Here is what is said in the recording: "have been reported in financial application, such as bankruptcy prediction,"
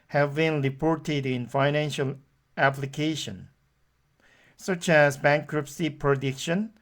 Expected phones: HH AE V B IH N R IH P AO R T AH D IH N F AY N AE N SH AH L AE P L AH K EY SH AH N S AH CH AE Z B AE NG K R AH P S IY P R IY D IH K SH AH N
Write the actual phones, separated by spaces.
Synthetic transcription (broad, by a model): HH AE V B IH N R IH P AO R T AH D IH N F AY N AE N SH AH L AE P L AH K EY SH AH N S AH CH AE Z B AE NG K R AH P S IY P R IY D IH K SH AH N